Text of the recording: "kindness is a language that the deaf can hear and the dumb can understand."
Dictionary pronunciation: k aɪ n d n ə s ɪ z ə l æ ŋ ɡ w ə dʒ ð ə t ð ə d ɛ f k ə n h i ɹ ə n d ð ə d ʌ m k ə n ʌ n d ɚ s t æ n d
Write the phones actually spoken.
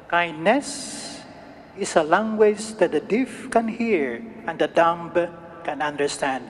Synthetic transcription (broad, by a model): k aɪ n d n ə s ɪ s ə l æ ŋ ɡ w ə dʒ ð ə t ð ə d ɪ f k ə n h i ɹ ə n d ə d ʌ m k ə n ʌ n d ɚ s t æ n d